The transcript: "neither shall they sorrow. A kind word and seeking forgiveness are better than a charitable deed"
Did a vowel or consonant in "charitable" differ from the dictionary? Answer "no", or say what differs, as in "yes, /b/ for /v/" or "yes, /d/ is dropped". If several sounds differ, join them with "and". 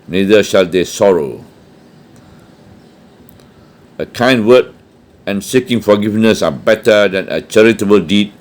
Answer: no